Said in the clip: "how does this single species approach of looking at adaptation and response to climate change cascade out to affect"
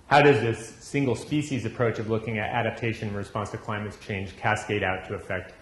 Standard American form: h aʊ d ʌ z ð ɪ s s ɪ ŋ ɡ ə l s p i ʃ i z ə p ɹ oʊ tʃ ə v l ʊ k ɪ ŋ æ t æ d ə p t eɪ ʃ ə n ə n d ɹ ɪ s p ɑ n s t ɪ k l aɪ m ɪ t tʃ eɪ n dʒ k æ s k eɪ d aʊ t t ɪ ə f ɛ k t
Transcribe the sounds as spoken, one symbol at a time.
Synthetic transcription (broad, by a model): h aʊ d ʌ z ð ɪ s s ɪ ŋ ɡ l s p i ʃ i z ə p ɹ oʊ tʃ ə v l ʊ k ɪ ŋ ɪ t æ d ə p t eɪ ə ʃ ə n ɹ ɪ s p ɑ n s t ɪ k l aɪ m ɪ t tʃ eɪ n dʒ k æ s k eɪ d aʊ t t ɪ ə f ɛ k t